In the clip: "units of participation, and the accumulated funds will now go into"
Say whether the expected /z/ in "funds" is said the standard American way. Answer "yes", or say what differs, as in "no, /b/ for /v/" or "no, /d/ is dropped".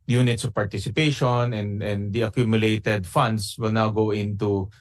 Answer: no, /s/ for /z/